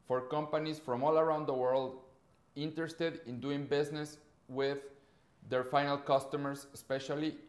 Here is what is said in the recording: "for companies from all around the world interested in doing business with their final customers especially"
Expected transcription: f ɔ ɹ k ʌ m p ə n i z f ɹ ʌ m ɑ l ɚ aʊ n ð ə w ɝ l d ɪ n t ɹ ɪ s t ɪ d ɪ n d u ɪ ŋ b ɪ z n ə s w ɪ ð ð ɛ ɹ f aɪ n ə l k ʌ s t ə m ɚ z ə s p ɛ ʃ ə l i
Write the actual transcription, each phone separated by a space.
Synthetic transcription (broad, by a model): f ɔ ɹ k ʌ m p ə n i s f ɹ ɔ m ɑ l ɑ aʊ n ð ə w ɝ l d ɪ n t ɹ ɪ s t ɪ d ɪ n d u ɪ ŋ b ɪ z n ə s w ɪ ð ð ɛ ɹ f aɪ n ə l k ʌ s t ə m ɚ s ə s p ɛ ʃ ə l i